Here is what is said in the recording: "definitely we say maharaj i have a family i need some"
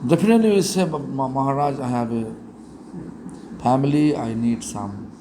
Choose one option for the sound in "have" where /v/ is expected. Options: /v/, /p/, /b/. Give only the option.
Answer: /b/